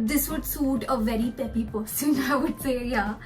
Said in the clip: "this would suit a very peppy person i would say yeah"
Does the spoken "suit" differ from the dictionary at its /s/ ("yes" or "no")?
no